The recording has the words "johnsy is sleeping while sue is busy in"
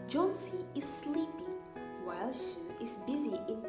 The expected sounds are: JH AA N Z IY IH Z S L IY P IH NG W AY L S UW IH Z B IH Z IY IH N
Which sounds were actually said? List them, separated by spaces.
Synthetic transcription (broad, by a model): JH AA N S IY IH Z S L IY P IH W AY L SH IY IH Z B IH Z IY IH N